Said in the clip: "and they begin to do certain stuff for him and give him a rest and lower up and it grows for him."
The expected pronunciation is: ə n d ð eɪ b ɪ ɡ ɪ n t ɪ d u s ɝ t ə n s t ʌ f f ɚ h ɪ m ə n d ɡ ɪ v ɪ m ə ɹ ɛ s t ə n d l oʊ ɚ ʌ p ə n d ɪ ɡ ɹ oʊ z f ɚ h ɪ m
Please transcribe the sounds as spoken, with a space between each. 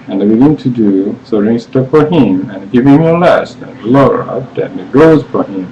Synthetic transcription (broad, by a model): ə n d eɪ b ɪ ɡ ɪ n t ɪ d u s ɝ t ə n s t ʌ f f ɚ h ɪ m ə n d ɡ ɪ v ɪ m ə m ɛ s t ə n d l oʊ ɚ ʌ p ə n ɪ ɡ oʊ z f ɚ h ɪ m